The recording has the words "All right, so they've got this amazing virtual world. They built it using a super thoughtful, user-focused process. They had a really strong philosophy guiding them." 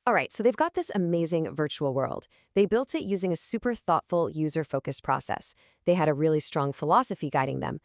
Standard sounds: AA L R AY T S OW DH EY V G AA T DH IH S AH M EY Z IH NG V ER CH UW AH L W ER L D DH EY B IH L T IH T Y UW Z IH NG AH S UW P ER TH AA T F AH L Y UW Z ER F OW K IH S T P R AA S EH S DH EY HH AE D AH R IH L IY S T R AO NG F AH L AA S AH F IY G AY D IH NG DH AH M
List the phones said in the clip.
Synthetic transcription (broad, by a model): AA L R AY T S OW DH EY V G AA T DH IH S AH M EY Z IH NG V ER CH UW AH L W ER L D DH EY B IH L T IH T Y UW Z IH NG AH S UW P ER TH AA T F L Y UW Z ER F OW K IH S P R AA S EH S DH EY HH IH D AH R IH L IY S T R AO NG F AH L AA S AH F IY G AY D IH NG DH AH M